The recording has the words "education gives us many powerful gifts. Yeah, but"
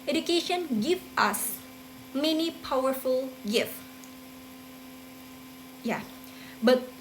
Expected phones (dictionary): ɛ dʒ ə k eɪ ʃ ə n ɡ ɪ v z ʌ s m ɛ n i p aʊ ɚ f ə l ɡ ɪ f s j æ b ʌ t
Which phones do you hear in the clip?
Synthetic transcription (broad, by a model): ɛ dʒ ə k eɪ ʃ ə n ɡ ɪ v ʌ s m ɛ n i p aʊ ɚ f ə l ɡ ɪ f j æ b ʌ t